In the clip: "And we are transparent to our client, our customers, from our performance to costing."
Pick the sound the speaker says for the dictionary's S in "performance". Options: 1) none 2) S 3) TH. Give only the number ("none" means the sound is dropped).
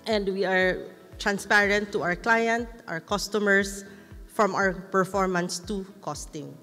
2